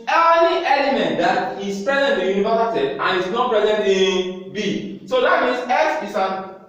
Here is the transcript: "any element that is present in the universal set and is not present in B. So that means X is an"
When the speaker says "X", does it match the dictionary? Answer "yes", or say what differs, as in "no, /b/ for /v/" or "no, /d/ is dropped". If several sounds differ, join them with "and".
no, /k/ is dropped